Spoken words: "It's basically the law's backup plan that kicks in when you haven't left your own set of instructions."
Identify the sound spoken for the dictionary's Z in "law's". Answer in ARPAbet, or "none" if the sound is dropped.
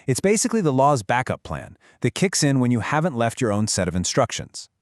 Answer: Z